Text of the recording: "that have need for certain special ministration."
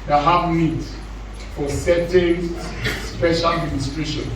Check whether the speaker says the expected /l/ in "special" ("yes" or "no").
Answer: yes